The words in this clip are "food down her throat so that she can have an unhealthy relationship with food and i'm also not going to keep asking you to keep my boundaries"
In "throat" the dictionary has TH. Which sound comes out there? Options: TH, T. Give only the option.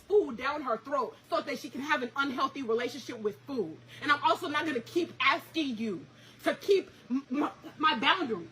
TH